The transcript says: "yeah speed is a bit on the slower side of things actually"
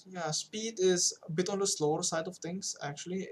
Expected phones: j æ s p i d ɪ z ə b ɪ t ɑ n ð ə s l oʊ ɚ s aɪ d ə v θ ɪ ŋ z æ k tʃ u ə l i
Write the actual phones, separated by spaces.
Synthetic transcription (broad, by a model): j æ s p i d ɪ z ə b ɪ t ɑ n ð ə s l oʊ ɚ s aɪ d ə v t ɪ ŋ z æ k tʃ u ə l i